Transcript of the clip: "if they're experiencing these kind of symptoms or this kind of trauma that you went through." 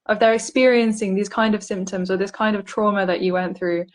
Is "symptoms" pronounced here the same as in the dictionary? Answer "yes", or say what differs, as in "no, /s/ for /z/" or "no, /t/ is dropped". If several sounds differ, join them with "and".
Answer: yes